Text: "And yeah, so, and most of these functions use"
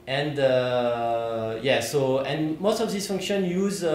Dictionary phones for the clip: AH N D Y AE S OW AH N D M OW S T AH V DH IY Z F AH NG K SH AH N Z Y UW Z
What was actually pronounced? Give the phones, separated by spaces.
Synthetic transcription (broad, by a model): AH N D Y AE S OW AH N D M OW S T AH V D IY S F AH NG K SH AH N Y UW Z